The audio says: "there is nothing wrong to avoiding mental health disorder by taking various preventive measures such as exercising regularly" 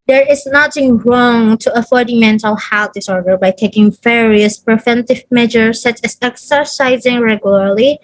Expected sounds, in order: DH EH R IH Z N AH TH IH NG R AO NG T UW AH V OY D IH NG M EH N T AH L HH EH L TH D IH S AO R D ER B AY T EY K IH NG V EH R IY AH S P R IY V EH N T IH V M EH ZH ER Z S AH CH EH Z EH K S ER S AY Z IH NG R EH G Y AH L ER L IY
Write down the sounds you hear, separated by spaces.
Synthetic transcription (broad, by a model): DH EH R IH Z N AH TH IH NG R AO NG T UW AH F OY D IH M EH N T AH L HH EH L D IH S AO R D ER B AY T EY K IH NG V EH R IY AH S P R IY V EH N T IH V M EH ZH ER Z S AH CH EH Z EH K S ER S AY Z IH NG R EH G Y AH L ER L IY